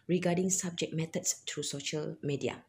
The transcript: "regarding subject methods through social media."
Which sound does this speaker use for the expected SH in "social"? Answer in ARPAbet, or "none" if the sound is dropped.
SH